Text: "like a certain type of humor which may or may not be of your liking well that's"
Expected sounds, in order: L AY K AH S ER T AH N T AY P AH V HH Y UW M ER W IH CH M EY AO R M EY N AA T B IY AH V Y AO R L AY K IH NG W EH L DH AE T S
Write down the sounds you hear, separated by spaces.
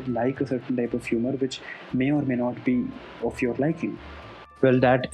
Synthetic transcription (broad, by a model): L AY K AH S ER T AH N T AY P AH V HH Y UW M ER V IH CH M EY AO R M EY N AA T B IY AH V Y AO R L AY K IH NG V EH L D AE T